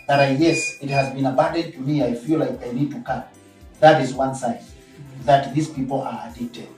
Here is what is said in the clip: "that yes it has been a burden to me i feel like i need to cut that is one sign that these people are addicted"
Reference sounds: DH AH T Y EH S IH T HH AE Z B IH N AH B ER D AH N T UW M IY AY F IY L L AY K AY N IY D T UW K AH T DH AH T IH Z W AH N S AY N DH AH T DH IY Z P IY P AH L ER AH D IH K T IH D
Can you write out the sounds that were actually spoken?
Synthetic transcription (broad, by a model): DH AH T Y EH S IH T HH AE Z B IH N AH B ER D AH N T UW M IY AY F IY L L AY K AY N IY D T UW K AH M DH AH T IH Z W AH N S AY N DH AH T DH IY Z P IY P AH L ER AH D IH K T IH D